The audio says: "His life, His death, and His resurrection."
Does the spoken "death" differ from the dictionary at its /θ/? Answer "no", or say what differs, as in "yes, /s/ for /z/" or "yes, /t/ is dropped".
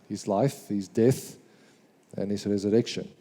no